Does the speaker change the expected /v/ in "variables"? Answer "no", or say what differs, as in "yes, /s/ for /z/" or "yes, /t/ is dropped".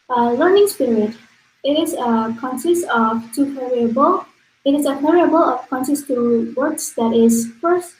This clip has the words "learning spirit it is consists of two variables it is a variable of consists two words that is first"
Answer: yes, /p/ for /v/